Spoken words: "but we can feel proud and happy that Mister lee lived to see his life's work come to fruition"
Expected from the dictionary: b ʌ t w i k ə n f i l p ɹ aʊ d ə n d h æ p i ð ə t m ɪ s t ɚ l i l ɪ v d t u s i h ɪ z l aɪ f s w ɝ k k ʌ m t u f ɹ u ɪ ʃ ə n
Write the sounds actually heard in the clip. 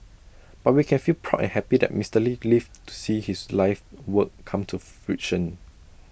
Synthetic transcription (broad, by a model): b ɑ t w i k ə n f i l p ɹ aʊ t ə n h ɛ p i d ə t m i s t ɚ l i l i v t u s i h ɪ s l aɪ f w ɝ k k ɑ m t u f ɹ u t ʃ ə n